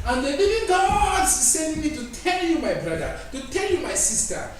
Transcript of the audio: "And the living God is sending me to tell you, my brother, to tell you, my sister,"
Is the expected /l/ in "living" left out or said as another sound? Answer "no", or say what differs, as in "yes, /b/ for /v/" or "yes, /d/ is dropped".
yes, /n/ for /l/